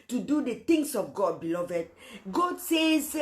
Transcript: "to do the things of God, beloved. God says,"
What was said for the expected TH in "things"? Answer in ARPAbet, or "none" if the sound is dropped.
T